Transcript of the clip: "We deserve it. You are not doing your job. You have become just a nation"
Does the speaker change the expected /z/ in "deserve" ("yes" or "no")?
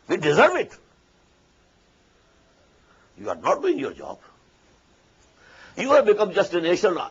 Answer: no